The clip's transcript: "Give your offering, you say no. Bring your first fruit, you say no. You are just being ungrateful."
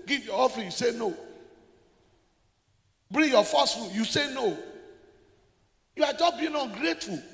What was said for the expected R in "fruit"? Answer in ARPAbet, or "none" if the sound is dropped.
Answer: none